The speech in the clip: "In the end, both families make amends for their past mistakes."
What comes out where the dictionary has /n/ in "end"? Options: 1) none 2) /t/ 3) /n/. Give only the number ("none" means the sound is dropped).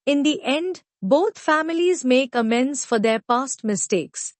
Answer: 3